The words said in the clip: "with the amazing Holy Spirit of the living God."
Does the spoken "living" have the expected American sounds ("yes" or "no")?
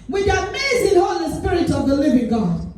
yes